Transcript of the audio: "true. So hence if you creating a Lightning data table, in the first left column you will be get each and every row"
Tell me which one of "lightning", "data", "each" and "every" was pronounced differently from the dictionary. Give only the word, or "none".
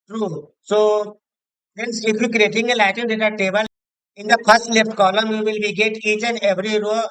lightning